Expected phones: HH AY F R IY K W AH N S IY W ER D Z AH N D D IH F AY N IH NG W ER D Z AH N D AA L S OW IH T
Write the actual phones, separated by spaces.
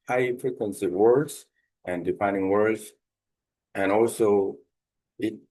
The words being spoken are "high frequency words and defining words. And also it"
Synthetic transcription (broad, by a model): HH AY P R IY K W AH N S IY W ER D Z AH N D D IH P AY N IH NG W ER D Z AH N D AA L S OW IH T